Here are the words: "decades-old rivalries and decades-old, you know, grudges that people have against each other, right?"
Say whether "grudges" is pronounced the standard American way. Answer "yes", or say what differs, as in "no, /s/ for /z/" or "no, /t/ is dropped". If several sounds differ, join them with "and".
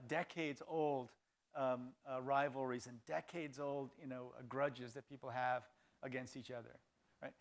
yes